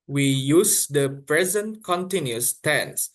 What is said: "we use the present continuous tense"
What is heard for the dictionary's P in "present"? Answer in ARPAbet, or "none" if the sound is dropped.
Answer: P